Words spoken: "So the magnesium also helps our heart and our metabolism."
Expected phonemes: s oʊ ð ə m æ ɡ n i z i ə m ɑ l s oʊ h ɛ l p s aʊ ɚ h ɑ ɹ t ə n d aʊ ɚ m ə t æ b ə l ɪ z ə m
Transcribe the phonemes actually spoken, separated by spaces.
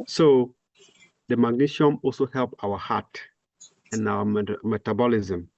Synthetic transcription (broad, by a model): s oʊ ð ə m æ ɡ n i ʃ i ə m ɑ l s oʊ h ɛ l p aʊ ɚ h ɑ t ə n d aʊ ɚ m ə t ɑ b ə l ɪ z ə m